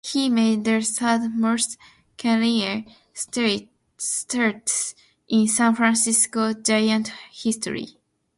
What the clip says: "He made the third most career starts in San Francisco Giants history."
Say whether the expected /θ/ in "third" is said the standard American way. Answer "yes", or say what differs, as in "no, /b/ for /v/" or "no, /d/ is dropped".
no, /s/ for /θ/